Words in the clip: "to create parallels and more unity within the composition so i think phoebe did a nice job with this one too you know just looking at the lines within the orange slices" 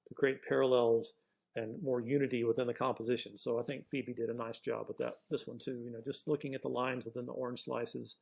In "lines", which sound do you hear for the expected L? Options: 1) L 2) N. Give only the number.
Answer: 1